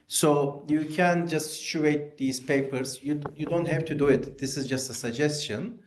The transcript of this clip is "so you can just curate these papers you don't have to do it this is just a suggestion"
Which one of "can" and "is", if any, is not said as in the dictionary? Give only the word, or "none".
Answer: none